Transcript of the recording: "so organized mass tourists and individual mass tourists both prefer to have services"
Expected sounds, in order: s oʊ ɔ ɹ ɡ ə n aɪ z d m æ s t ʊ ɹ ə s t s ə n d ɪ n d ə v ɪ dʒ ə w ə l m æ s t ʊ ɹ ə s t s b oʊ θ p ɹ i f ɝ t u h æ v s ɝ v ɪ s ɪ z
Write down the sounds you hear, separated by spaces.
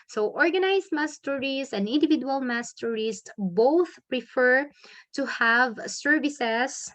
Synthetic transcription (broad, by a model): s oʊ ɔ ɹ ɡ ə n aɪ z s m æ s t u ɹ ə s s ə n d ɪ n d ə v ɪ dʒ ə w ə l m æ s t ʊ ɹ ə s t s b oʊ θ p ɹ i f ɝ t u h æ v s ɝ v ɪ s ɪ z